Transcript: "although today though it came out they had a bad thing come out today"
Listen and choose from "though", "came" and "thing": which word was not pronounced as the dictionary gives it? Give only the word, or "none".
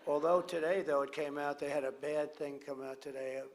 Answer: none